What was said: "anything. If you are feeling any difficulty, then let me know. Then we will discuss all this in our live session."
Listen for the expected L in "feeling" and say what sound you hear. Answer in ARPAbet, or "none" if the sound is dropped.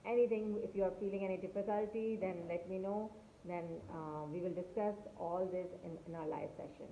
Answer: L